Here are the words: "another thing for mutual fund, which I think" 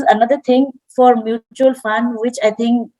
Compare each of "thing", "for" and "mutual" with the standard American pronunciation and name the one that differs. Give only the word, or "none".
thing